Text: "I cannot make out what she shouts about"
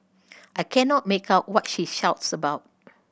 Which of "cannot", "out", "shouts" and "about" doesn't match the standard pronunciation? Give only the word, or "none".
none